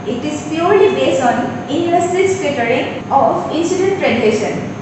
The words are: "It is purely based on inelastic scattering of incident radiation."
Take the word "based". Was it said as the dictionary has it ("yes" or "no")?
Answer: no